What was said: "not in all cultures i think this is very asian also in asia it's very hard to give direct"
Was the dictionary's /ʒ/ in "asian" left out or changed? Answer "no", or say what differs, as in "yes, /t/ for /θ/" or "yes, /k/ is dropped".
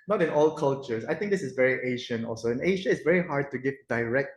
yes, /ʃ/ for /ʒ/